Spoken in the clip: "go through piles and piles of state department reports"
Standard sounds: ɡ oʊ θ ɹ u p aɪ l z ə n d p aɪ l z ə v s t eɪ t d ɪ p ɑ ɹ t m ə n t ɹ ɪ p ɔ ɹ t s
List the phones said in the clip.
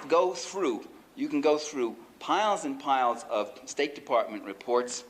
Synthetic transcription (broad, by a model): ɡ oʊ θ ɹ u p aɪ l z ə n p aɪ l z ə v s t eɪ t d ɪ p ɑ ɹ t m ə n t ɹ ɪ p ɔ ɹ t s